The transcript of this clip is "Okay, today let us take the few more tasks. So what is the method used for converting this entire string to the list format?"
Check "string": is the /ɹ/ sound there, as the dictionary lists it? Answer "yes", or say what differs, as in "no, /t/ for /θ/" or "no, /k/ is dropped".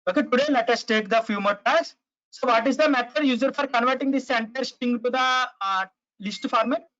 no, /ɹ/ is dropped